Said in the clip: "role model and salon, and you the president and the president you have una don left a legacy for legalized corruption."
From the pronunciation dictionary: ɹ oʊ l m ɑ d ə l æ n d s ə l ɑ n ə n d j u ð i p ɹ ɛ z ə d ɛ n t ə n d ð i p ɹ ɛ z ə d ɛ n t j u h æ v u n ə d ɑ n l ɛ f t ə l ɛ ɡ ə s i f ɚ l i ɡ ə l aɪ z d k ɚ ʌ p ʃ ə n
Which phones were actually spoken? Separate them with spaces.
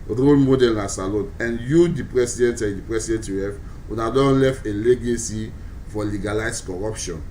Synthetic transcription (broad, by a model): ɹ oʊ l m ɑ d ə l n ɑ s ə l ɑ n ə n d j u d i p ɹ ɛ s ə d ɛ n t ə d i p ɹ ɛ s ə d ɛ n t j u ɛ f u n ə d ɑ n l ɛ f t ə l ɛ ɡ ə s i f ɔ l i ɡ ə l aɪ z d k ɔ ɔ p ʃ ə n